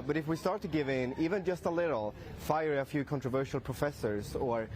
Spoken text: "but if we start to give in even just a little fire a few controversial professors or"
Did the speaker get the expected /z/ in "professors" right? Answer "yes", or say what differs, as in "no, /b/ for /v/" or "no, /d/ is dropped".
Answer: yes